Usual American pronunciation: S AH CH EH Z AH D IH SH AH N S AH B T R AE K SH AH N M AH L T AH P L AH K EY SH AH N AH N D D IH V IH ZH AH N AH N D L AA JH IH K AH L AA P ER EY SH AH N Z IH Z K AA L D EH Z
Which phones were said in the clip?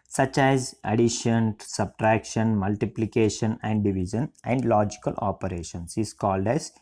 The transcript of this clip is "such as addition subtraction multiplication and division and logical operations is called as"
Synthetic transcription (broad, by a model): S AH CH EH Z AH D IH SH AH N S AH B T R AE K SH AH N M AH L T AH P L AH K EY SH AH N AH N D D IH V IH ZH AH N AH N D L AA JH IH K AH L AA P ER EY SH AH N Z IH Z K AA L D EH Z